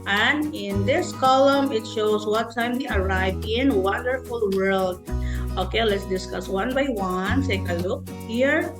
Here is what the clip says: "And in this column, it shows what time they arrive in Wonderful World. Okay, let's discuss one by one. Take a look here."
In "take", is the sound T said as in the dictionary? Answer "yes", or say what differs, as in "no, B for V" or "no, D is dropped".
no, S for T